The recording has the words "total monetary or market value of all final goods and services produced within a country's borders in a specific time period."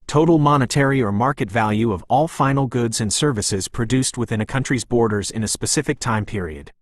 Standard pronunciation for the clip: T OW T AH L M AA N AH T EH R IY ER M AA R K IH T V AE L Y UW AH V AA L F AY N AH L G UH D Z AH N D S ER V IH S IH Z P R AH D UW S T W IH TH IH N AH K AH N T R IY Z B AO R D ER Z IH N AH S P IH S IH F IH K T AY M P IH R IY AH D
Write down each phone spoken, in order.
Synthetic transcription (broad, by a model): T OW T L M AA N AH T EH R IY ER M AA R K IH T V AE L Y UW AH V AA L F AY N L G UH D Z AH N S ER V IH S IH Z P R AH D UW S T W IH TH IH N AH K AH N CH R IY Z B AO R D ER Z IH N AH S P IH S IH F IH K T AY M P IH R IY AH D